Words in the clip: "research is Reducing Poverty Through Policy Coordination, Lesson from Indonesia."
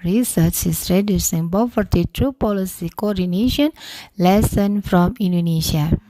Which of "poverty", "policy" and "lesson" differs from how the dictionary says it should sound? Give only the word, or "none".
poverty